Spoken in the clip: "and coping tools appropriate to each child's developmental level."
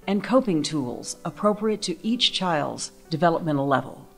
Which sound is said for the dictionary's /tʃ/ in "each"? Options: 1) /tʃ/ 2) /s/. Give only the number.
1